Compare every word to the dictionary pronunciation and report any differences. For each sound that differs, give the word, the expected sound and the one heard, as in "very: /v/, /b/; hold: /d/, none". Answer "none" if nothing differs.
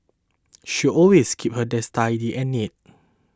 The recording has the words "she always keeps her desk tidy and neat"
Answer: always: /z/, /s/; keeps: /s/, none